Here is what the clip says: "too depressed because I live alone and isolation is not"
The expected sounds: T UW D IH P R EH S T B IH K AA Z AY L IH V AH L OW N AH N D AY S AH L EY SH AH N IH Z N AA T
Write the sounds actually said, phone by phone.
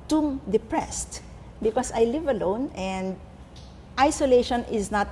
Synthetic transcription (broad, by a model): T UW D IH P R EH S T B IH K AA S AY L IH V AH L OW N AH N D AY S AH L EY SH AH N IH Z N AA T